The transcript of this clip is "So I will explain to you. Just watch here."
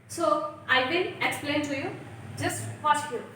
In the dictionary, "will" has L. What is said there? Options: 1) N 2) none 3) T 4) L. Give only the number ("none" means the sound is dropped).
1